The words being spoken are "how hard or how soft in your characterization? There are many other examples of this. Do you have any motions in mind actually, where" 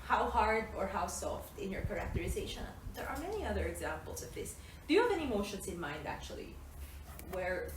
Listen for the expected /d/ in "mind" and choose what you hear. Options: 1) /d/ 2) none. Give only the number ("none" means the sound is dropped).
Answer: 1